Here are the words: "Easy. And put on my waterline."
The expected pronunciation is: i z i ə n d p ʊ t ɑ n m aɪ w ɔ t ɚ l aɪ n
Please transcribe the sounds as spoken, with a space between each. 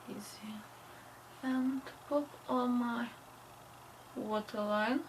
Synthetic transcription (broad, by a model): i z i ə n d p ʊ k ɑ l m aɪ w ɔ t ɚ l aɪ n